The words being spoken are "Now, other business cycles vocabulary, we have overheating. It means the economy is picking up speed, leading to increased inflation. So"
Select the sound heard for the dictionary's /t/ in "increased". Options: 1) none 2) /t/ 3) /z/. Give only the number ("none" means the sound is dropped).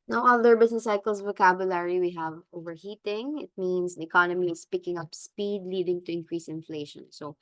1